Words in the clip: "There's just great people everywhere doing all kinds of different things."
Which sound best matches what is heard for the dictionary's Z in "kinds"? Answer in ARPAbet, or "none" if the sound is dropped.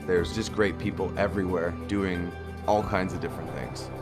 Z